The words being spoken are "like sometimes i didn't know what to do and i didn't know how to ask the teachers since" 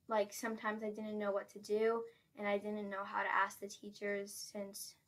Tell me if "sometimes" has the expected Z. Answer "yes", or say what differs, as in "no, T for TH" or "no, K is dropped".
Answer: yes